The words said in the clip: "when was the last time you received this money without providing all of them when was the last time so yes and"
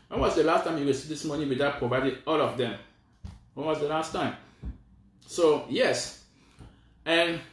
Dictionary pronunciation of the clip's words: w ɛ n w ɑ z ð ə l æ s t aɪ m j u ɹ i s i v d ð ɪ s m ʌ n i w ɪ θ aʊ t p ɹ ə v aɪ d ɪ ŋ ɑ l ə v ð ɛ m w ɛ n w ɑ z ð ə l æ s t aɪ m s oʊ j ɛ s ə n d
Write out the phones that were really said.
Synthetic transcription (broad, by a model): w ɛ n w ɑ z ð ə l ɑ s t aɪ m j u w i s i d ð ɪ s m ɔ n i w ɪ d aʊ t p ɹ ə v aɪ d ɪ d ɑ l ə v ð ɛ m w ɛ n w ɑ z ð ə l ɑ s t aɪ m s oʊ j ɛ s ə n